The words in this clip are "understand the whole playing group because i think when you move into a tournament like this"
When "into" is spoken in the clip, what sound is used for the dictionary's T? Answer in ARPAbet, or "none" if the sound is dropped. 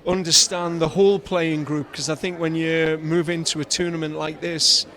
T